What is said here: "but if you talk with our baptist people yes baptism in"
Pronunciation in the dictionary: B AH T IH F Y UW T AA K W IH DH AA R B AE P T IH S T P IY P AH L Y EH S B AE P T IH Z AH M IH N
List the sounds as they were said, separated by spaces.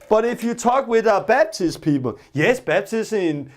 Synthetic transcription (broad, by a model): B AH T IH F Y UW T AA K W IH DH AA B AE B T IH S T P IY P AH L Y EH S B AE B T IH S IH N